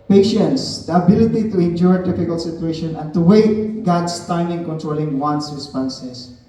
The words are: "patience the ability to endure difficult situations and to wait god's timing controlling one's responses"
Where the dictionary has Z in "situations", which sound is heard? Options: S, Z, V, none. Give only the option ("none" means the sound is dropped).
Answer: none